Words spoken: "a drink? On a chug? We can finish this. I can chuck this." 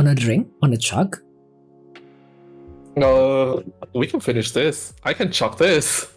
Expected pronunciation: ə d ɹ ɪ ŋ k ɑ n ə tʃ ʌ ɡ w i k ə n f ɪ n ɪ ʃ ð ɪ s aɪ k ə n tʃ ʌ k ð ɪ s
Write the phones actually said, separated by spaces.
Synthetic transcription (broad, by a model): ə d ɹ ɪ ŋ k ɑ n ə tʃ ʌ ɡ w i k ə n f ɪ n ɪ ʃ ð ɪ s aɪ k ə n tʃ ʌ k ð ɪ s